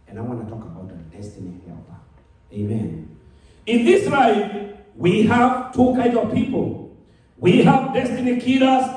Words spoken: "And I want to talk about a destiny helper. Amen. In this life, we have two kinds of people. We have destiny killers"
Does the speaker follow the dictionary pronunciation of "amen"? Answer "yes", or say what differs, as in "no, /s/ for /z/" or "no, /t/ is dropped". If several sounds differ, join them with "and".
yes